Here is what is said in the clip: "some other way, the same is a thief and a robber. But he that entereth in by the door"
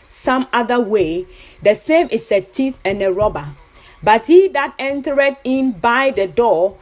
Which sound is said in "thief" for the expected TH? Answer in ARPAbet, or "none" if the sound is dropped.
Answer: T